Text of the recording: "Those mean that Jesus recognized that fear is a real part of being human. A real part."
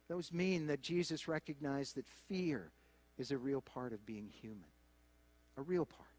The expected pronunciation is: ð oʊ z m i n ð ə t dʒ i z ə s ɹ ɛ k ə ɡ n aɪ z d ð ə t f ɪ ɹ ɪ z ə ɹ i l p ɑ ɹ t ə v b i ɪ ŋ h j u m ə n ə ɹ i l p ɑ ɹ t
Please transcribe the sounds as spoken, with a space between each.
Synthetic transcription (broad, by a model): ð oʊ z m i n ð ə t dʒ i z ə s ɹ ɛ k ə ɡ n aɪ z ð ə t f ɪ ɹ ɪ z ə ɹ i l p ɑ ɹ t ə v b i ɪ ŋ h j u m ə n ə ɹ i l p ɑ ɹ t